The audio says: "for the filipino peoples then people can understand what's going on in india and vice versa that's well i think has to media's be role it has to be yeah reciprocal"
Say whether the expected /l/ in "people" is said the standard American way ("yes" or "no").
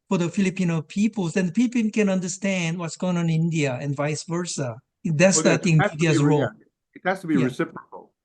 no